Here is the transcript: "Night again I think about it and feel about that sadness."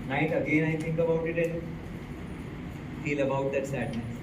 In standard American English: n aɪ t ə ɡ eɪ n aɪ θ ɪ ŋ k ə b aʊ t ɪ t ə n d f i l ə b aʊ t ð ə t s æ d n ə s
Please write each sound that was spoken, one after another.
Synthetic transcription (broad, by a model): n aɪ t ə ɡ eɪ n aɪ t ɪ ŋ k ə b aʊ t ɪ t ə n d f i l ə b aʊ t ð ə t s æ d n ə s